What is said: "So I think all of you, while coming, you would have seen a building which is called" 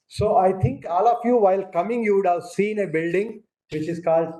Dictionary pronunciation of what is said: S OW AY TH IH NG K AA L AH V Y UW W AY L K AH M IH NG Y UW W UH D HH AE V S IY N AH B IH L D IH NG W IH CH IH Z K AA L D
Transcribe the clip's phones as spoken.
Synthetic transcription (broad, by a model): S OW AY T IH NG K AA L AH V Y UW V AY L K AH M IH NG Y UW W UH D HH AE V S IY N AH B IH L D IH NG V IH CH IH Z K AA L D